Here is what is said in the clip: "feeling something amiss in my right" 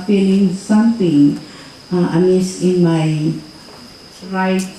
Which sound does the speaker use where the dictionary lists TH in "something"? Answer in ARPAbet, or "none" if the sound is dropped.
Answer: T